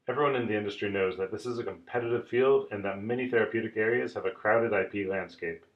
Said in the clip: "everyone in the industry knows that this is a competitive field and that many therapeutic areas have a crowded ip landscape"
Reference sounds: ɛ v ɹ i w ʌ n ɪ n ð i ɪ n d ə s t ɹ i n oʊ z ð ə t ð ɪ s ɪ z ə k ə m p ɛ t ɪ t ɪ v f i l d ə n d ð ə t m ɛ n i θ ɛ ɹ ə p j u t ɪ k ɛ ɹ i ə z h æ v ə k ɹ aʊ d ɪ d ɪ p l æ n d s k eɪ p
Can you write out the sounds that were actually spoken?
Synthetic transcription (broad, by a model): ɛ v ɹ i w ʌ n ɪ n ð i ɪ n d ə s t ɹ i n oʊ z ð ə t ð ɪ s ɪ z ə k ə m p ɛ t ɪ t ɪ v f i l d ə n ð ə t m ɛ n i θ ɛ ɹ ə p j u t ɪ k ɛ ɹ i ə z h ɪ v ə k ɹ aʊ d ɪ d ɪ p l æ n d s k eɪ p